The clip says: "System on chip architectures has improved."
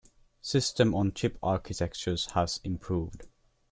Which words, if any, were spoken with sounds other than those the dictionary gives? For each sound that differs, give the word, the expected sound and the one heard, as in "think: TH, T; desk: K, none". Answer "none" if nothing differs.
none